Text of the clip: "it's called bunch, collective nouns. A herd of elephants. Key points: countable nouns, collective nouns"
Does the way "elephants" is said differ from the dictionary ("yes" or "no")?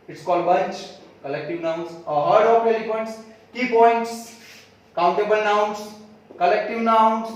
yes